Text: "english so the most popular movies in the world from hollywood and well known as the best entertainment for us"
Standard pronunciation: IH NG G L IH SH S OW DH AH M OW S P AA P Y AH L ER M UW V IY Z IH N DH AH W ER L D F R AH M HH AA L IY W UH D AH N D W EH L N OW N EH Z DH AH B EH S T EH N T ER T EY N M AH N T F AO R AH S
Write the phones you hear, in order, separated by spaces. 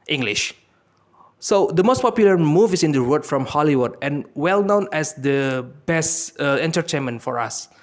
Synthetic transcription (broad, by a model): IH NG G L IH SH S OW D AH M OW S P AA P Y L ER M UW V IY S IH N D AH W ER D F R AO M HH AA L IY W UH D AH N W EH L N OW N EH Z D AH B EH S T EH N T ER T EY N M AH N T F AO R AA S